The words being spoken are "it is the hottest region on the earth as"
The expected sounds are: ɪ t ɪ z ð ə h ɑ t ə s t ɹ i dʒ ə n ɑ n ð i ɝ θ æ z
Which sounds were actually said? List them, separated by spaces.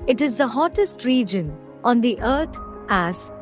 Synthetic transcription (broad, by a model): ɪ t ɪ z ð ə h ɑ t ə s t ɹ i dʒ ə n ɑ n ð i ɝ t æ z